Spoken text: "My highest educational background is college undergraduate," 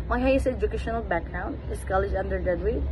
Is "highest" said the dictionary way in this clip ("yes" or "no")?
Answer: no